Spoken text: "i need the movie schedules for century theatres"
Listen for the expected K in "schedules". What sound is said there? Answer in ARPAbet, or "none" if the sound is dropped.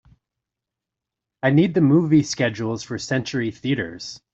K